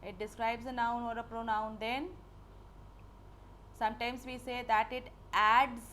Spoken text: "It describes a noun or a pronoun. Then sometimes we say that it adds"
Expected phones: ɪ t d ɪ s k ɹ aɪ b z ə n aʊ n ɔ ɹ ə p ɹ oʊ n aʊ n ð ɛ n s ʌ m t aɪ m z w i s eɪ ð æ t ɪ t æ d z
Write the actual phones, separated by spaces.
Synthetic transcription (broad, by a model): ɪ t d ɪ s k ɹ aɪ b z ə n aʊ n ɔ ɹ ə p ɹ oʊ n aʊ n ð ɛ n s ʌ m t aɪ m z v i s eɪ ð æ t ɪ t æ d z